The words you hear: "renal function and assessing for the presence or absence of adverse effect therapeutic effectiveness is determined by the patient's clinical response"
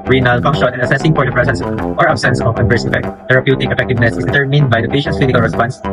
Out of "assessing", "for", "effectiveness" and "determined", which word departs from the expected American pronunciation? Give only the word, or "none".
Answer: for